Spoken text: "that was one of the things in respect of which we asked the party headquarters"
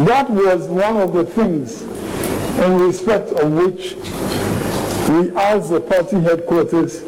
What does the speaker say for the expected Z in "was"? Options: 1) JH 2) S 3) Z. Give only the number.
3